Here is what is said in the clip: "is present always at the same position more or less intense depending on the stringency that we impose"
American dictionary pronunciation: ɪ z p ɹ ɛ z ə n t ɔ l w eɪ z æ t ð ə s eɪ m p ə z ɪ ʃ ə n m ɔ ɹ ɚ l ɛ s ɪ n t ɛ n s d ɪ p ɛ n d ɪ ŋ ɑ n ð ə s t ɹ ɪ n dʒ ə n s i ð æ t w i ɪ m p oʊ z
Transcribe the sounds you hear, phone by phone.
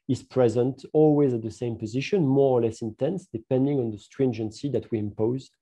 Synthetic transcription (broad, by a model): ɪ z p ɹ ɛ z ə n t ɔ l w eɪ z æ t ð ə s eɪ m p ə z ɪ ʃ ə n m ɔ ɹ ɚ l ɛ s ɪ n t ɛ n s d ɪ p ɛ n d ɪ ŋ ɑ n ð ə s t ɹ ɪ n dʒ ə n s i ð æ t w i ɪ m p oʊ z